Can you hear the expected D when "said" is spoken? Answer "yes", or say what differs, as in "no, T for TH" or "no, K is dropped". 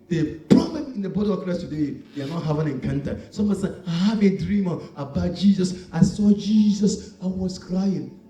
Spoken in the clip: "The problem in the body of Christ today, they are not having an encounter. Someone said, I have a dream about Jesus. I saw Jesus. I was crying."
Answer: no, D is dropped